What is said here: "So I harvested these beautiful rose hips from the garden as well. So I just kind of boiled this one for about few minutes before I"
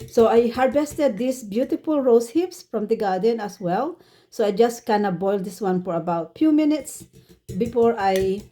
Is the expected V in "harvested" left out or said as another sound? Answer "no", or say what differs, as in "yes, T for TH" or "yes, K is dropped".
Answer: yes, B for V